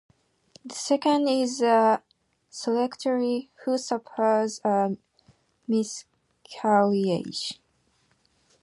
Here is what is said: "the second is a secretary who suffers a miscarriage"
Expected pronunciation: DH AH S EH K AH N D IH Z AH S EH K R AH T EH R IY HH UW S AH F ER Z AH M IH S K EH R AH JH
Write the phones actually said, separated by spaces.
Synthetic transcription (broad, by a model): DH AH S EH K AH N D IH Z AH S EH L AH T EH R IY HH UW S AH P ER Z AH M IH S K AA L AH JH